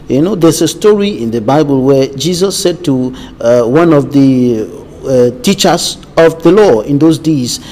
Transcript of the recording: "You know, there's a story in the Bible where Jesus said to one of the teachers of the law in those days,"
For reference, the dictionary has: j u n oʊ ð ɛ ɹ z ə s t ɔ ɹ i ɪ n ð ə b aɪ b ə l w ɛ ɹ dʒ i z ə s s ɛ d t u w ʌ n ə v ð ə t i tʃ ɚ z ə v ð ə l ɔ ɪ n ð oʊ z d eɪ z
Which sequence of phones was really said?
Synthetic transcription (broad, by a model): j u n oʊ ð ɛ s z ə s t ɔ ɹ i ɪ n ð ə b aɪ b ə l w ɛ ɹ dʒ i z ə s s ɛ d t u w ʌ n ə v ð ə t i tʃ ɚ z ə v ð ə l ɔ ɪ n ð oʊ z d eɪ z